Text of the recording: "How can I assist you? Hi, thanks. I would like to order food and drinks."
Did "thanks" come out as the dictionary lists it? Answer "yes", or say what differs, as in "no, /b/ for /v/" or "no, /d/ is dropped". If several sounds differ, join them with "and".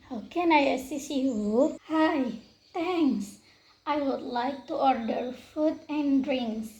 no, /t/ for /θ/